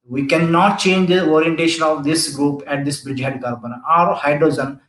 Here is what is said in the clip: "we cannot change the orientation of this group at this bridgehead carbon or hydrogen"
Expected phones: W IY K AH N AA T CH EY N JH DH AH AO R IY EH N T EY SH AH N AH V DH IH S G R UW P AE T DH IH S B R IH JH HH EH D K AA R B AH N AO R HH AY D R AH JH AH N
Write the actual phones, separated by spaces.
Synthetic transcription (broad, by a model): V IY K AH N AA T CH EY N JH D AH AO R IY EH N T EY SH AH N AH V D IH S G R UW P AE T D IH S B R IH JH HH EH D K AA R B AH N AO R HH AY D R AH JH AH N